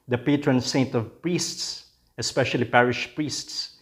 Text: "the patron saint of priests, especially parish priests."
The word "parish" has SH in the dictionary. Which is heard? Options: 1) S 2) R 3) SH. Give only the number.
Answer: 3